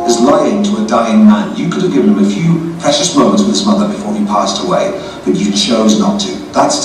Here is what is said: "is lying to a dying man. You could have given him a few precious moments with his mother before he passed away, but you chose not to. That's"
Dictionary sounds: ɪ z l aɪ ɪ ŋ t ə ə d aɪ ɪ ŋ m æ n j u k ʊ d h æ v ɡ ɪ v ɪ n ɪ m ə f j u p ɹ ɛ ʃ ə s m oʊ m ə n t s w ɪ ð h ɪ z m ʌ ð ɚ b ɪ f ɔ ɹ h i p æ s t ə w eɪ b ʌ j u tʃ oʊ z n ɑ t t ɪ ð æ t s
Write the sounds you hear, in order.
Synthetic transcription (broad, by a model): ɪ z l aɪ ɪ ŋ t ə ə d aɪ ɪ ŋ m æ n j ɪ k ʊ d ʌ v ɡ ɪ v ɪ n ɪ m ə f j u p ɹ ɛ ʃ ə s m oʊ m ə n t s w ɪ ð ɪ z m ʌ ð ɚ b ɪ f ɔ ɹ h i p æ s t ə w eɪ b ʌ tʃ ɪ tʃ oʊ z n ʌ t t ɪ ð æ t s